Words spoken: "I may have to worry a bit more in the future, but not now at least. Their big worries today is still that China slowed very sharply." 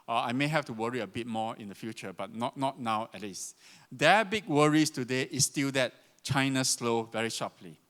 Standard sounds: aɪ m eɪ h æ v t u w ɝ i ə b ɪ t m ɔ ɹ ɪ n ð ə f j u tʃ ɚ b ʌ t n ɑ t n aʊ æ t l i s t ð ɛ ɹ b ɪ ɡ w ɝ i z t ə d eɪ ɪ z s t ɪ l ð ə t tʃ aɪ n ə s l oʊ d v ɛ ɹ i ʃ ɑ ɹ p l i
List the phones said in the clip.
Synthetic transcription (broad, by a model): aɪ m eɪ h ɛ f t u w ɝ i ə b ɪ t m ɔ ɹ ɪ n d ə f j u tʃ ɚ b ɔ t n ɑ t n aʊ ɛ t l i s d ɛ b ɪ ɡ w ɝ i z t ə d eɪ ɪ s t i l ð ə t tʃ aɪ n ə s l oʊ v ɛ ɹ i ʃ ɑ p l i